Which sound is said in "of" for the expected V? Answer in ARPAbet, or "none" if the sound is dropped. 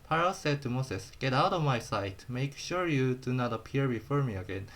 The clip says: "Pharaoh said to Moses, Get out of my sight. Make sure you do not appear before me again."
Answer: V